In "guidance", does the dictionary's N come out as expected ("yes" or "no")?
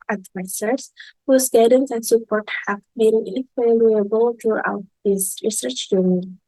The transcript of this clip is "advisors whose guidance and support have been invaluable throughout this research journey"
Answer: yes